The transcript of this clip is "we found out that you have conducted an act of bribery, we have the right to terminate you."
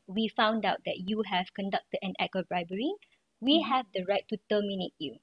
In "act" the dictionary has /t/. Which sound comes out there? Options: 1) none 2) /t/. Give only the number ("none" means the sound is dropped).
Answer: 1